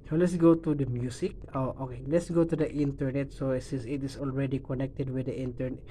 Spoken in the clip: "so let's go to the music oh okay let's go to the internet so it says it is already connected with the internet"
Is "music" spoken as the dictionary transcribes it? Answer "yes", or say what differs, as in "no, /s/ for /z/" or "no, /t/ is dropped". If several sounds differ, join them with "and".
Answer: no, /s/ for /z/